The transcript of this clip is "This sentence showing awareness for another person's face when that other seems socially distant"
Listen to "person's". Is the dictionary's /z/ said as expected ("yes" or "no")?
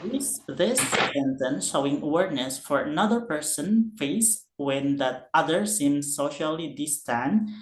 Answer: no